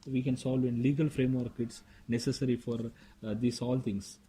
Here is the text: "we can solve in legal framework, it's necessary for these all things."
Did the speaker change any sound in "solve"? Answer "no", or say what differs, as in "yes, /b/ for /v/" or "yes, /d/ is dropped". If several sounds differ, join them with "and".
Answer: no